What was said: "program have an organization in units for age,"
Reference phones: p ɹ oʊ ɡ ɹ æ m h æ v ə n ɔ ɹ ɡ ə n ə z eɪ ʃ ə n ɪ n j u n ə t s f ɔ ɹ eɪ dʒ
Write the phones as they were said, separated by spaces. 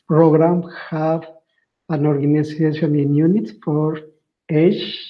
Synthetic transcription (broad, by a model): p ɹ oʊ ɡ ɹ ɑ m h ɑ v ə n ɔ ɹ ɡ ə n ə s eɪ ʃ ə n ɪ n j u n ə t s f ɔ ɹ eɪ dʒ